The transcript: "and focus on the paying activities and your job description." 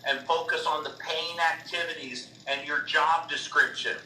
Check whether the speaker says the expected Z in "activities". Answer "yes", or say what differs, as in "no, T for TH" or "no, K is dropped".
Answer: yes